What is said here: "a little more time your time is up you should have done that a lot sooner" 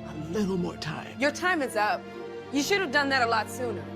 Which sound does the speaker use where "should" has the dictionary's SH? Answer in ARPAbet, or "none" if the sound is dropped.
SH